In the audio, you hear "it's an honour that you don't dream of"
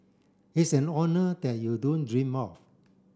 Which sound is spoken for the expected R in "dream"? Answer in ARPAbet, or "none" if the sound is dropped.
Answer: R